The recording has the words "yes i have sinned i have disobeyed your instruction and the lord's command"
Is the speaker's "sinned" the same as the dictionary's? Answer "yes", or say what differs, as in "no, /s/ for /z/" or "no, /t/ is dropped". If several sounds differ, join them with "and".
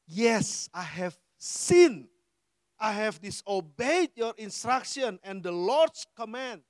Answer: no, /d/ is dropped